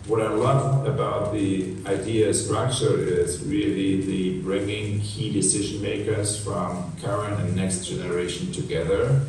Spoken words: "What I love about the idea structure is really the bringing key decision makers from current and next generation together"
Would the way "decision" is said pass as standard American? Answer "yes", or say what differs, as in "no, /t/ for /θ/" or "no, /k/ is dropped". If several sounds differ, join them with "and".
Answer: yes